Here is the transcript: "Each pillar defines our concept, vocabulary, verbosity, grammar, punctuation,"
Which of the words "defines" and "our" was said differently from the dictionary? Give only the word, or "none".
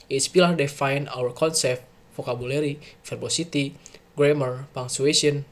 defines